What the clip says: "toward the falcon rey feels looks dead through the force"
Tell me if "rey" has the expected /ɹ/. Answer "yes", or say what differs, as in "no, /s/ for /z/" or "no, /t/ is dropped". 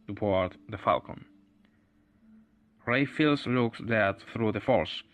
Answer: yes